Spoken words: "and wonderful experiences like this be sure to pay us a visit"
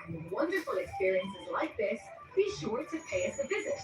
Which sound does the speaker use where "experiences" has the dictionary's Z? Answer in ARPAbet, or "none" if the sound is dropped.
Z